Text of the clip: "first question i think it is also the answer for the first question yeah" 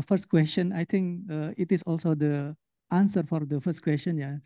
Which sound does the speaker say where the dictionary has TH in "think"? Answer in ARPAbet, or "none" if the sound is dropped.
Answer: T